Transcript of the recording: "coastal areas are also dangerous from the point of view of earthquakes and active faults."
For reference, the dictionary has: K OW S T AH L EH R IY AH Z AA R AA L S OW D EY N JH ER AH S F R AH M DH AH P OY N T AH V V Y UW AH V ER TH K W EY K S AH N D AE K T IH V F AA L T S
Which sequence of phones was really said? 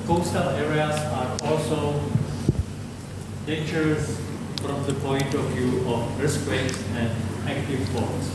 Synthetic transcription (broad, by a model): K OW S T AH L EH R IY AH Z AA R AA L S OW D EY N JH ER AH S F R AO M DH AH P OY N T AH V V Y UW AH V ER S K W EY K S AH N D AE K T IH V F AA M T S